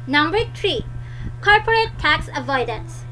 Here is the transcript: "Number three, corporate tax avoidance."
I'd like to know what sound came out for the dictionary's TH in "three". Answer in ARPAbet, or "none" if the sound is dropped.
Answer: T